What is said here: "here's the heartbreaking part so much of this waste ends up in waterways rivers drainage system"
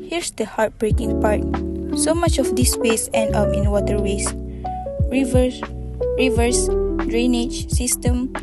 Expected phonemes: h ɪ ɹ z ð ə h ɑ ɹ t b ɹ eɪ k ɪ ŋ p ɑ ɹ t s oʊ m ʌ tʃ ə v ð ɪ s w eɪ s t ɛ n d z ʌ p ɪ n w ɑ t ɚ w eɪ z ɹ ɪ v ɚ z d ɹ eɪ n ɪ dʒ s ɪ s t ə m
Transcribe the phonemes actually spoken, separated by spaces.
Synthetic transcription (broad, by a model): h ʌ ɹ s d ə h ɑ ɹ t b ɹ eɪ k ɪ ŋ p ɑ ɹ t s oʊ m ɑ tʃ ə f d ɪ s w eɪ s ɛ n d ʌ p ɪ n w ɑ t ɚ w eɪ s ɹ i v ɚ s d ɹ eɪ n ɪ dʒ s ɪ s t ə m